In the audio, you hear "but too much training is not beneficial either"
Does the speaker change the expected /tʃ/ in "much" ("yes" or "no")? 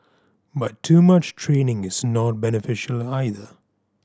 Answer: no